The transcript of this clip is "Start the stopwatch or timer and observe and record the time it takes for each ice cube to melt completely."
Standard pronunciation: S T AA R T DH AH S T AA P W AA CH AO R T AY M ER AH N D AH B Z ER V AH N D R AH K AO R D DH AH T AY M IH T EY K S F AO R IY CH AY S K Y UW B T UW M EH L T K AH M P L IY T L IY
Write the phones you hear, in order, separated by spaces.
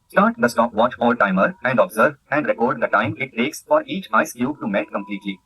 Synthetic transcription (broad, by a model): S T AA R T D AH S T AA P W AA CH AO L T AY M ER AH N D AH B Z ER V AH N D R AH K AO R D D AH T AY M IH T EY K S F AO R IY CH AY S K Y UW T UW M EH L T K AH M P L IY T L IY